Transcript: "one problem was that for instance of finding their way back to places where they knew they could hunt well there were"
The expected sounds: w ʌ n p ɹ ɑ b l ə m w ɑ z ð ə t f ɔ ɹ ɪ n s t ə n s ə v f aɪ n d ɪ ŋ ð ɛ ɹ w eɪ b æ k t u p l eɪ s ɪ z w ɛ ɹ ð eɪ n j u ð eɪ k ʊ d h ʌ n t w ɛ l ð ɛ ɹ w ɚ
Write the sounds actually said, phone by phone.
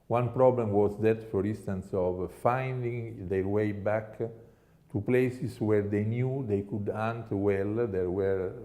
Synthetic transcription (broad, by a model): w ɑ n p ɹ ɑ b l ə m w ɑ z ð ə t f ɔ ɹ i n s t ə n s ə v f aɪ n d ɪ ŋ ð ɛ ɹ w eɪ b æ k t u p l eɪ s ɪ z w ɛ ɹ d eɪ n j u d eɪ k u d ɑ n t w ɛ l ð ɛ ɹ w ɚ